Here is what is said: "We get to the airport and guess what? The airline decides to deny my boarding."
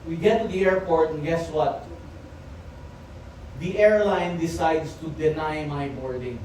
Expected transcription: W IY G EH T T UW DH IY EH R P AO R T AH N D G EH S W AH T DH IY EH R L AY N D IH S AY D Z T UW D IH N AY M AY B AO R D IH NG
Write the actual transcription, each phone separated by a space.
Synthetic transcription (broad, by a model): W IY G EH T T UW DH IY EH R P AO R T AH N G EH S W AH T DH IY EH R L AY N D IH S AY D S T UW D IH N AY M AY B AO R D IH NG